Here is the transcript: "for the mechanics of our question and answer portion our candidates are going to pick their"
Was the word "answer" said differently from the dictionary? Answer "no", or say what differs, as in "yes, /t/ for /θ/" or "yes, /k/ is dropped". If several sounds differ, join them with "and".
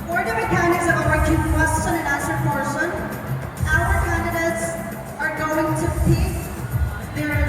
yes, /n/ is dropped